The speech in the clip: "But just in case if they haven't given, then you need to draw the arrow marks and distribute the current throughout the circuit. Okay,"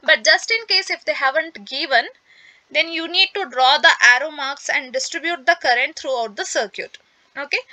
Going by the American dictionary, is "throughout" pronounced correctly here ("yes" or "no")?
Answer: no